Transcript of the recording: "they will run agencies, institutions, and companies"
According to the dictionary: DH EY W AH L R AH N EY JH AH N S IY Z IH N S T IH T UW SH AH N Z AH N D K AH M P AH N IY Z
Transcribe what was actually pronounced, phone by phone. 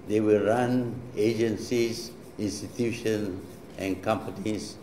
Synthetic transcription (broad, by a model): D EY W AH L R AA N EY JH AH N S IY S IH N S T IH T UW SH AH N AH N K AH M P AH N IY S